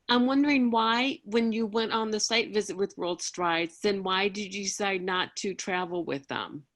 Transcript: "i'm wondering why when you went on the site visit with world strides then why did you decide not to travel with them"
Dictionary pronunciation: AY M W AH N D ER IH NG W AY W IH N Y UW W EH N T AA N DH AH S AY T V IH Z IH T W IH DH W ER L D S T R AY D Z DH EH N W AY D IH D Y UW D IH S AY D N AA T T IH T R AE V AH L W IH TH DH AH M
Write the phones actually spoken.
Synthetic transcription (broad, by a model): AY M W AH N D ER IH NG W AY W IH N Y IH W EH N T N DH AH S AY T V IH Z IH T W IH DH W ER L D S T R AY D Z DH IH N W AY D IH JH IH D IH S AY D N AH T T IH T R AE V L W IH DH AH M